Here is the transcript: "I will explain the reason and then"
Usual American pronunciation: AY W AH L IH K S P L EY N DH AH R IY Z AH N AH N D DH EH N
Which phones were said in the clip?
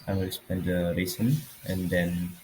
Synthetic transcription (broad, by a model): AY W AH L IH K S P EY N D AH R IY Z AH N AH N D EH N